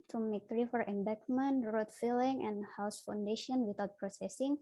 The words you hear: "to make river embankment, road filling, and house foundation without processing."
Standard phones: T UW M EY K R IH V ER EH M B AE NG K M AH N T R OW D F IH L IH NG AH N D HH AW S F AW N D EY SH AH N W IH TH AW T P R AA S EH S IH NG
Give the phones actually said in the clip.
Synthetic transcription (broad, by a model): T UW M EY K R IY F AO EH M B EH K M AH N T R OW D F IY L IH NG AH N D HH AW S F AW N D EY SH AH N W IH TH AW T P R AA S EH S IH NG